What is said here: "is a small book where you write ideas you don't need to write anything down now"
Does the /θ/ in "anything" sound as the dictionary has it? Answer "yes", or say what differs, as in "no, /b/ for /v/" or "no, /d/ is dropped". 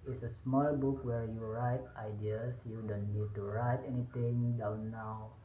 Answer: no, /t/ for /θ/